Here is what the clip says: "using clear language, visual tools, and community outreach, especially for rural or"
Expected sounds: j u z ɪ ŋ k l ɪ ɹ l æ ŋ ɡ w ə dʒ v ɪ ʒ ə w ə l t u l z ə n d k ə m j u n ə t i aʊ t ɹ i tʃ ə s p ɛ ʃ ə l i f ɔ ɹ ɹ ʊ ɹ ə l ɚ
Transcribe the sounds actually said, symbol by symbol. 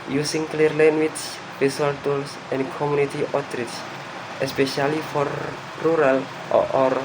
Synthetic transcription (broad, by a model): j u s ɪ ŋ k l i ɹ l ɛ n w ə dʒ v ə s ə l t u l s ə n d k ə m j u n ə t i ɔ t ɹ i s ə s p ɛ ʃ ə l i f ɔ ɹ ɹ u ɹ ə l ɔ